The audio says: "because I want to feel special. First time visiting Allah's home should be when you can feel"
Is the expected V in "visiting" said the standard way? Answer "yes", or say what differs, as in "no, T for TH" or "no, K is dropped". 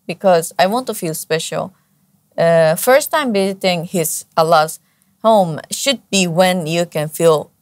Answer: no, B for V